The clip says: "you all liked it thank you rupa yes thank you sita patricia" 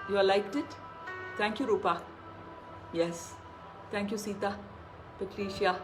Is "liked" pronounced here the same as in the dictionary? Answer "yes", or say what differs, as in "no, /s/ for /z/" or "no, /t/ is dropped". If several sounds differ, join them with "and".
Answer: yes